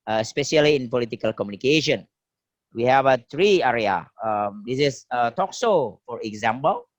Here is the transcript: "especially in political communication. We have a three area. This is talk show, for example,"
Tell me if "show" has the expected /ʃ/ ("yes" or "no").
no